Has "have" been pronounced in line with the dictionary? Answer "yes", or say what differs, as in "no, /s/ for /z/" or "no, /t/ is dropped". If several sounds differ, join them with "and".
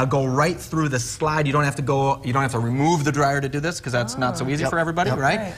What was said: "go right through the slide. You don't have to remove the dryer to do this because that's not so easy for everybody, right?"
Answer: no, /f/ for /v/